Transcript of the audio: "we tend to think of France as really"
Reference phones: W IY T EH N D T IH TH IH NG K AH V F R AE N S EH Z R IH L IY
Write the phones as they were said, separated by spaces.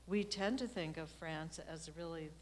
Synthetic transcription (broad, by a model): W IY T EH N T IH TH IH NG K AH V F R AE N S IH Z R IH L IY